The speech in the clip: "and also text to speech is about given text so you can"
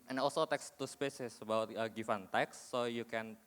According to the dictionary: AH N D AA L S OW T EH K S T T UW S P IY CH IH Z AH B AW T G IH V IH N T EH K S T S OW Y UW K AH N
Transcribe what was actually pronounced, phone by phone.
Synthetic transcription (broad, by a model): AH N AA L S OW T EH K S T T UW S P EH S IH S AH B AW T G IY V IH N T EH K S S OW Y UW K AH N